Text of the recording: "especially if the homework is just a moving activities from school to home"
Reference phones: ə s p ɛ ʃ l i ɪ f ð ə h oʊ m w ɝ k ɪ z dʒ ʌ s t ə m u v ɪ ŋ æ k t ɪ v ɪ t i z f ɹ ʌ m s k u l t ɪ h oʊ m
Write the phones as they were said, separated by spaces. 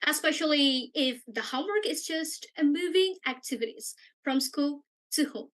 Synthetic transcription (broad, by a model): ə s p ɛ ʃ l i ɪ f ð ə h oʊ m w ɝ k ɪ z dʒ ʌ s t ə m u v ɪ ŋ æ k t ɪ v ɪ t i z f ɹ ʌ m s k u l t ɪ h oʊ m